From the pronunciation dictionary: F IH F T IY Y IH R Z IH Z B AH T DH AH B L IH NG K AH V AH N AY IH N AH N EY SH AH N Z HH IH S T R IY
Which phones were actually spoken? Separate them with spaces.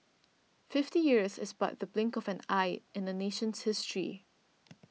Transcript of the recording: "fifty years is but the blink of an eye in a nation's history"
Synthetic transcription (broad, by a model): F IH F T IY Y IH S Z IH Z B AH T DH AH B L IH NG K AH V AH N AY IH N AH N EY SH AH N S HH IH S T R IY